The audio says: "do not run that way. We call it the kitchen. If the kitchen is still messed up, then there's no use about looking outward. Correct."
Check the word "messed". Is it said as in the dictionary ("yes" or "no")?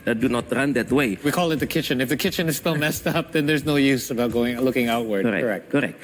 yes